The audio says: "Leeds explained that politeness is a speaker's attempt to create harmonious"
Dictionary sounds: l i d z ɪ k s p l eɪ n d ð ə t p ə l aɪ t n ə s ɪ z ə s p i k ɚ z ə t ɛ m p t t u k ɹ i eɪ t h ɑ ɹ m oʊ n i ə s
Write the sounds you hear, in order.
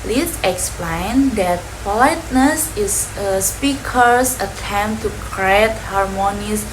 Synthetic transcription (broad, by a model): l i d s ɪ k s p l eɪ n d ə t p ə l aɪ t n ə s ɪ s ə s p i k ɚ s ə t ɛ m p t t u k ɹ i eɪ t h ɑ ɹ m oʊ n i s